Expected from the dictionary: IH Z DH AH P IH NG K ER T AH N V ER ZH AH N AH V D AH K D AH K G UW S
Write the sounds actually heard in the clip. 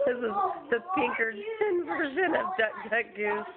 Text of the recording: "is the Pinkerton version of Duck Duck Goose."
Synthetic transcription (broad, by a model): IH Z DH AH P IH NG K ER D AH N V ER ZH AH N AH V D AH K D AH K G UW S